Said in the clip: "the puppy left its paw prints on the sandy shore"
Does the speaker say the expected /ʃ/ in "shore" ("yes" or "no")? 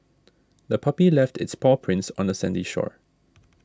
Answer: yes